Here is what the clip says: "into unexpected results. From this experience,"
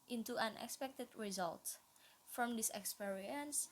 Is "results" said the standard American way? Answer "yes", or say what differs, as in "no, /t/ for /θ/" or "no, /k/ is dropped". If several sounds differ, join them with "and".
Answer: no, /s/ is dropped